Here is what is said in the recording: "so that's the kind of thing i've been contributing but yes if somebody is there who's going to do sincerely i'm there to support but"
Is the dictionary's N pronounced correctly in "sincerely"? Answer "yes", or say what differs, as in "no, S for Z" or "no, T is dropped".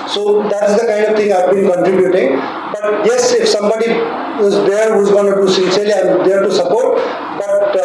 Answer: no, N is dropped